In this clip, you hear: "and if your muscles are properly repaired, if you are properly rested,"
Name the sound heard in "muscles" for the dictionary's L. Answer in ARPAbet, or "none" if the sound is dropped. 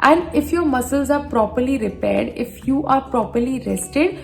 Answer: L